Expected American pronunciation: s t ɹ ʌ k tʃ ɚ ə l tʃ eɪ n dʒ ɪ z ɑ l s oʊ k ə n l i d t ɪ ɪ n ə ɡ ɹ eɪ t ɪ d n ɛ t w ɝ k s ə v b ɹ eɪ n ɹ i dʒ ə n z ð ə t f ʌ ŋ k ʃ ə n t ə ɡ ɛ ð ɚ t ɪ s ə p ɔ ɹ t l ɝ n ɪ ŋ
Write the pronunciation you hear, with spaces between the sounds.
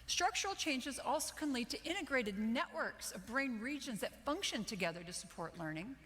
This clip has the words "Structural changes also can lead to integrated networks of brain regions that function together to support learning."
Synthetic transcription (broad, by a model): s t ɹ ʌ k tʃ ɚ l tʃ eɪ n dʒ ɪ z ɑ l s oʊ k ə n l i d t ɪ ɪ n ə ɡ ɹ eɪ t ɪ d n ɛ t w ɝ k s ə v b ɹ eɪ n ɹ i dʒ ə n z ð ə t f ʌ ŋ k ʃ ə n t ə ɡ ɛ ð ɚ t ɪ s ə p ɔ ɹ t l ɝ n ɪ ŋ